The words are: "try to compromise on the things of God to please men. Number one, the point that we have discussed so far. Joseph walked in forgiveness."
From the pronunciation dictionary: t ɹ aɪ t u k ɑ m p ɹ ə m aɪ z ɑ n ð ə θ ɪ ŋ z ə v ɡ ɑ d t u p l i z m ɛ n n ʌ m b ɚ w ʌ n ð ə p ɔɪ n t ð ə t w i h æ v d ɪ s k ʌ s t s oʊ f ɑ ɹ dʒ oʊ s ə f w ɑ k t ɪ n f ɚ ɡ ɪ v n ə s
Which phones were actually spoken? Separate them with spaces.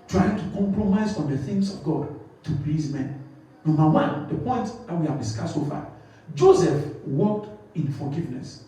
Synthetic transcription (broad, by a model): t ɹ aɪ t u k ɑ m p ɹ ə m aɪ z ɑ n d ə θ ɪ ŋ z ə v ɡ ɑ d t u p l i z m ɛ n n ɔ m b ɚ w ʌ n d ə p ɔɪ n t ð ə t w i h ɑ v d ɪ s k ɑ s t s oʊ f ɑ dʒ oʊ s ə f w ɑ k t ɪ n f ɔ ɡ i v n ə s